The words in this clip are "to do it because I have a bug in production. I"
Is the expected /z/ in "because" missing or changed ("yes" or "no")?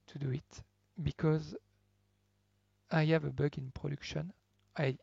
no